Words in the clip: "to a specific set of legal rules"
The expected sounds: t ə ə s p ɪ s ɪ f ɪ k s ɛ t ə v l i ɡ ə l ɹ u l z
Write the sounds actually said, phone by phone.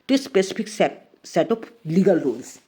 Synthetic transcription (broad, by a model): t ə s p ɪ s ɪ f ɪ k s ɛ t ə p l i ɡ ə l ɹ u l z